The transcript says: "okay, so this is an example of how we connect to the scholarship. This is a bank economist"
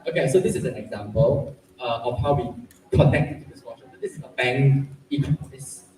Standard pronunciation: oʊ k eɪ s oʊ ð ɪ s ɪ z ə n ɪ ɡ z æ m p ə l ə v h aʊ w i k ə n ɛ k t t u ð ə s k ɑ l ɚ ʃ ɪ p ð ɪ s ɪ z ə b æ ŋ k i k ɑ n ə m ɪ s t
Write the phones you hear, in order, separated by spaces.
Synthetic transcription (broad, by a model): oʊ k eɪ s oʊ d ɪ s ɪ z ə n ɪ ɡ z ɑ m p ə l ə f h aʊ w i k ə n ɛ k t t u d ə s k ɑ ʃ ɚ s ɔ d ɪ s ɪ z ə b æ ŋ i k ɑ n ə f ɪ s